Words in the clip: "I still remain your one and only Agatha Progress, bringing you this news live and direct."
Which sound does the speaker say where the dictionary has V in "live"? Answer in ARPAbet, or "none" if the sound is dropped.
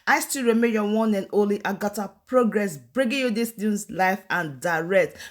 F